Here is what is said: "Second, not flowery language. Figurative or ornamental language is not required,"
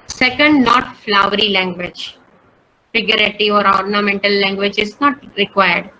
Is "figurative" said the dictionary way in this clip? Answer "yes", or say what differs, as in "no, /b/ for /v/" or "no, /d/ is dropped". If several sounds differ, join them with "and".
no, /v/ is dropped